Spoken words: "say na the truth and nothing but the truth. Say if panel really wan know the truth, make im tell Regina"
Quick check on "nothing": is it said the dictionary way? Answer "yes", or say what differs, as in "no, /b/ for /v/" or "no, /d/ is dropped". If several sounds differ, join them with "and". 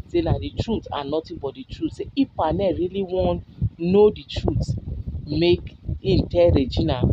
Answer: no, /t/ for /θ/